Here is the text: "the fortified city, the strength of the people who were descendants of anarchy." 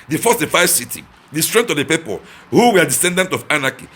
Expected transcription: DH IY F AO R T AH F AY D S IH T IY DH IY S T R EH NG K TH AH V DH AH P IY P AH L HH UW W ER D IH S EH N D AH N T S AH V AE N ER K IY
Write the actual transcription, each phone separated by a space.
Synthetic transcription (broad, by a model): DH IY F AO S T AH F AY S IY T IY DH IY S T R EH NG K T AH V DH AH P IY P AH L HH UW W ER D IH S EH N D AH N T AH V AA N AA K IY